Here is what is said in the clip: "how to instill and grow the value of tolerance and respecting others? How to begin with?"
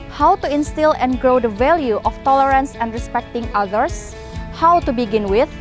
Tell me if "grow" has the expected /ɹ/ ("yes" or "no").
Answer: yes